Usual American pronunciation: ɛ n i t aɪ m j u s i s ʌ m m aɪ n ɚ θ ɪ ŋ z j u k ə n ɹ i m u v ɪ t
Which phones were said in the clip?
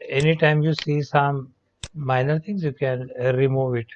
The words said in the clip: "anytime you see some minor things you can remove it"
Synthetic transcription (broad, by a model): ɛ n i t aɪ m j u s i s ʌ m m aɪ n ɚ t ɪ ŋ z j u k ə n ɹ i m u v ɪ t